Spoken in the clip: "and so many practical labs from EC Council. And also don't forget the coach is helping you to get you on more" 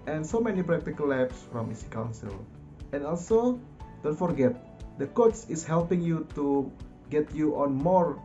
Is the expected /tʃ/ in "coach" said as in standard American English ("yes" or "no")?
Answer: no